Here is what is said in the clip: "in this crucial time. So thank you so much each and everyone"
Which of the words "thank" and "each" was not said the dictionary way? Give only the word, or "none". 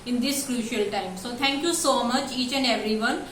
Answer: thank